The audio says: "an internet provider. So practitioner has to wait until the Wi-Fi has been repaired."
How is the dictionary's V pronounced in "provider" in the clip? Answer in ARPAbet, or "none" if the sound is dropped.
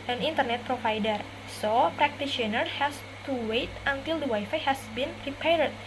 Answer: F